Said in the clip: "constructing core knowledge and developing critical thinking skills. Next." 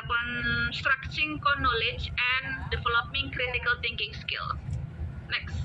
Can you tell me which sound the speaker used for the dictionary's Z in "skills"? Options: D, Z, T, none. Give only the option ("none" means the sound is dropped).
none